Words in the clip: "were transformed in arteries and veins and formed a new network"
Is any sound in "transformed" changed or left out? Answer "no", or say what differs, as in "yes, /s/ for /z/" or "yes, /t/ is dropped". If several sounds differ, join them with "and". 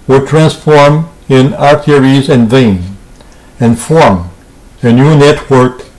yes, /d/ is dropped